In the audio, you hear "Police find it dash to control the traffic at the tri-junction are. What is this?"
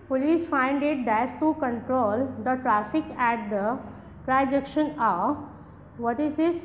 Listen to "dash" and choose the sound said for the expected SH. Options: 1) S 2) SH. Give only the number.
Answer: 1